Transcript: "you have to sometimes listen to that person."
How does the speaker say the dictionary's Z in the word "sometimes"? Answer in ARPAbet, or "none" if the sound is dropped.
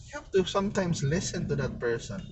S